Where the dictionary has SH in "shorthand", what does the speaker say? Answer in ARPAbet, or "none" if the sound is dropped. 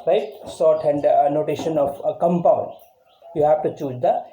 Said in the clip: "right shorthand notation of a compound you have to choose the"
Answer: S